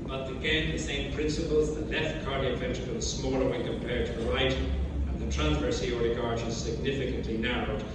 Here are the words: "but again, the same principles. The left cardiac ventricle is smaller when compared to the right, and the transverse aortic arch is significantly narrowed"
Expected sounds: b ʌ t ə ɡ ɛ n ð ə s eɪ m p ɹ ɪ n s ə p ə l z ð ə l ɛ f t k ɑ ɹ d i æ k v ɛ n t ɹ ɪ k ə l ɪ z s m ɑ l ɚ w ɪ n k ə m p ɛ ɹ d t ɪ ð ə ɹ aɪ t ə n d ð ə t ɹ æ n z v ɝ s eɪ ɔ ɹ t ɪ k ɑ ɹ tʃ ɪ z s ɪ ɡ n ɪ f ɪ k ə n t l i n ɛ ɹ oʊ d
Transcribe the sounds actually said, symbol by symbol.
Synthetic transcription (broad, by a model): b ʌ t ə ɡ ɛ n ð ə s eɪ m p ɹ ɪ n s ə p ə l z ð ə l ɛ f t k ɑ ɹ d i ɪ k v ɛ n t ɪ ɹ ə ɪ s m ɑ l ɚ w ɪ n k ə m p ɛ ɹ d t ɪ ð ə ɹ aɪ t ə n ð ə t ɹ æ n z v ɝ s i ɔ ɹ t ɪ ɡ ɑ ɹ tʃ ɪ z s ɪ ɡ n ɪ f ɪ k ə n t l i n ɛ ɹ oʊ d